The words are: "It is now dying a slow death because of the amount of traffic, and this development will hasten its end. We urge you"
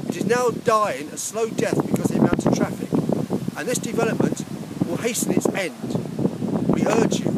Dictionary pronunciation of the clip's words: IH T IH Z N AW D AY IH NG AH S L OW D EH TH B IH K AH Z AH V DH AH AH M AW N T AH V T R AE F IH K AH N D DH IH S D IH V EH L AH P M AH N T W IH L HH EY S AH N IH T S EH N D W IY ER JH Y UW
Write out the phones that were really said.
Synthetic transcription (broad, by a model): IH T IH Z N AW D AY IH NG AH S L OW D EH TH B IH K AH Z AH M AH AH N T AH T R AE F IH K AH N DH IH S D IH V EH L AH P M AH N T W IH L HH EY S AH N IH T S EH N D W IY ER JH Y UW